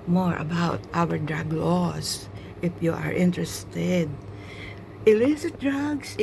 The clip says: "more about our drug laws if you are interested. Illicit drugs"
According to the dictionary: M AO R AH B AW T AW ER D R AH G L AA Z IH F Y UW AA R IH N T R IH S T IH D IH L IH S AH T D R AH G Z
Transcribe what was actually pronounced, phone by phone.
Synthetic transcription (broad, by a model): M AO R AH B AW T AW ER D R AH G L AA S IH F Y UW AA R IH N T R IH S T IH D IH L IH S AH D R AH G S